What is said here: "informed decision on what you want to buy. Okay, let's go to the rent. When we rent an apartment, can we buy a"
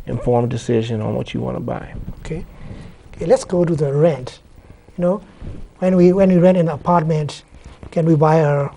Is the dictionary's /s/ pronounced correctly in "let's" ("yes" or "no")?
yes